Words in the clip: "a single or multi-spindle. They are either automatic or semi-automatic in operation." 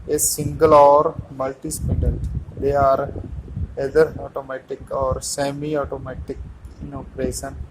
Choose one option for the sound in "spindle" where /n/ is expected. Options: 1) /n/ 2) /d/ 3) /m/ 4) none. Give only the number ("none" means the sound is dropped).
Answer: 4